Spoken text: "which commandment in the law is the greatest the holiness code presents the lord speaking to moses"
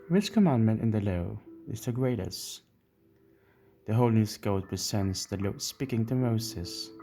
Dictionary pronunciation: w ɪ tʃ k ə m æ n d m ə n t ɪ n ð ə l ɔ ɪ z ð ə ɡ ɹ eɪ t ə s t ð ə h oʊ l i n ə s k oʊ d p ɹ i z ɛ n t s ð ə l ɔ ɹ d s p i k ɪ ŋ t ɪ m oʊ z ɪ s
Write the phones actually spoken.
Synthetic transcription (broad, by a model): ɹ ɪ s k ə m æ n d m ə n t ɪ n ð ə l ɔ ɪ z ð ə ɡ ɹ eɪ t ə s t ð ə h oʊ i l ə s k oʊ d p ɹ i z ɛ n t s ð ə l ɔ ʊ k s p i k ɪ ŋ t ɪ m oʊ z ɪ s